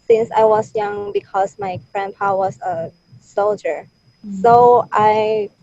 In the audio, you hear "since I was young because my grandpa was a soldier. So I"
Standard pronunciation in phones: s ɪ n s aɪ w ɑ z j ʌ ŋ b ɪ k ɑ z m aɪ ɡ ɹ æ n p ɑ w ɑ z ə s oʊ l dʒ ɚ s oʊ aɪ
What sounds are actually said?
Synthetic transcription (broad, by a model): s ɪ n s aɪ w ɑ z j ʌ ŋ b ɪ k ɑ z m aɪ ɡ ɹ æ n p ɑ w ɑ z ə s oʊ l dʒ ɚ s oʊ aɪ